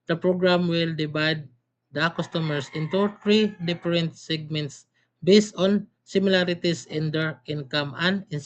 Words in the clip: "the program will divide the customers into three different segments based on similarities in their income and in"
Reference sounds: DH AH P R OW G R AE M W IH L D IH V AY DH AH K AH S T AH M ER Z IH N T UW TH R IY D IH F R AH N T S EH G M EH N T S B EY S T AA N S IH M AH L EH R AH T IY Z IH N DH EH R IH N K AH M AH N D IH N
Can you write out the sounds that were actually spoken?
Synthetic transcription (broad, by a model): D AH P R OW G R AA M W IH L D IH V AY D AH K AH S T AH M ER S IH N T UW T R IY D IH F R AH N T S EH G M EH N T S B EY S T AA N S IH M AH L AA R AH T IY S IH N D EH R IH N K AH M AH N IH N